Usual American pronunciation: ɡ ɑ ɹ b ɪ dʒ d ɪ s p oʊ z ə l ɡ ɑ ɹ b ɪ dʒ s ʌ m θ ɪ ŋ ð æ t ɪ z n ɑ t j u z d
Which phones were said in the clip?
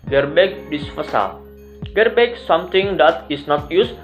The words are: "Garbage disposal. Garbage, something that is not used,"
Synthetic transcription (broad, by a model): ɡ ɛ ɹ b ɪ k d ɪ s f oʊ s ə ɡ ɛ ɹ b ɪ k s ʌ m t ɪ ŋ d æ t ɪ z n ɑ t j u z